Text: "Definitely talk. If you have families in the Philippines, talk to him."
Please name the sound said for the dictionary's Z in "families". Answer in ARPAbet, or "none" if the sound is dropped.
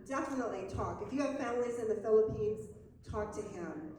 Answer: Z